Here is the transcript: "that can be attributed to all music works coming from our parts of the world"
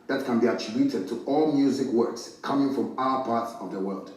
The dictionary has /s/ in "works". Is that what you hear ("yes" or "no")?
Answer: yes